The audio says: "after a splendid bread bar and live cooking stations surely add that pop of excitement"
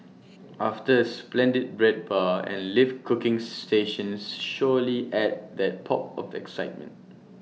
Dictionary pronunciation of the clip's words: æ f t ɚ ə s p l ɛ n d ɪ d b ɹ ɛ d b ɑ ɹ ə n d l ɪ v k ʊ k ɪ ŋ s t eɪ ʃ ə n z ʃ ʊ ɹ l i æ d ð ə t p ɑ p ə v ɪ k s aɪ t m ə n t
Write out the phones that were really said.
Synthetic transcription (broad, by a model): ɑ f t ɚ ə s p l ɛ n d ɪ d b ɹ ɛ d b ɑ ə n l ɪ f k ʊ k ɪ ŋ s t eɪ ʃ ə n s ʃ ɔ l i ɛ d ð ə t p ɑ p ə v ɪ k s aɪ t m ə n t